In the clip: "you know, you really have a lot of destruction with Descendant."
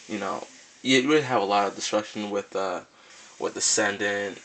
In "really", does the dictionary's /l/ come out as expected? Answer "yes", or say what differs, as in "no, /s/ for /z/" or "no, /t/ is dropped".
no, /w/ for /l/